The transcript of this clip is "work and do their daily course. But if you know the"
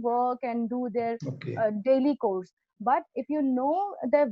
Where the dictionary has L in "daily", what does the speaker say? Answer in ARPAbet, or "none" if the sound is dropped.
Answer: L